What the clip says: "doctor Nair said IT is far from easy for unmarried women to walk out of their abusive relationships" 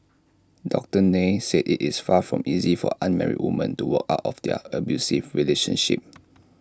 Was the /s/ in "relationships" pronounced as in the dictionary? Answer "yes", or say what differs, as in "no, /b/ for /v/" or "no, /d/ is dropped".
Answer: no, /s/ is dropped